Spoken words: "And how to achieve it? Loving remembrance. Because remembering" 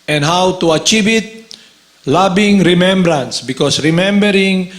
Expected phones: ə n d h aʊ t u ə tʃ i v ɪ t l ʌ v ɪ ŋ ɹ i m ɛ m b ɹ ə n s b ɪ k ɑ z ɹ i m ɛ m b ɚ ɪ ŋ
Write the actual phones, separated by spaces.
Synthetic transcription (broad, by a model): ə n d h aʊ t u ə tʃ i v ɪ t l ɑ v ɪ ŋ ɹ i m ɛ m b ɹ ə n s b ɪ k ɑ s ɹ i m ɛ m b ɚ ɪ ŋ